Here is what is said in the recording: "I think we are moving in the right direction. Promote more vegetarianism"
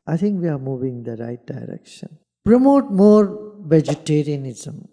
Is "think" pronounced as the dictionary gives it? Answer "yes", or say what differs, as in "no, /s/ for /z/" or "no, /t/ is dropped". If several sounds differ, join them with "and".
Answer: no, /t/ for /θ/